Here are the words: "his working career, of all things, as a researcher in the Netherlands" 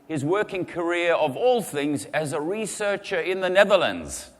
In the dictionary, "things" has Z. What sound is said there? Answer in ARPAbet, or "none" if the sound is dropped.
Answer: Z